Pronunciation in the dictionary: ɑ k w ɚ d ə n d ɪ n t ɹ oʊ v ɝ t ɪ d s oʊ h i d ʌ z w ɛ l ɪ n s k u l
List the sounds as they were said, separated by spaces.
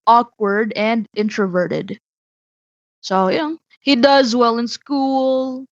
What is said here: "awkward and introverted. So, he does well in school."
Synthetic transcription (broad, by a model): ɑ k w ɚ d ə n d ɪ n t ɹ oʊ v ɝ t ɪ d s oʊ h i d ʌ z w ɛ l ɪ n s k u l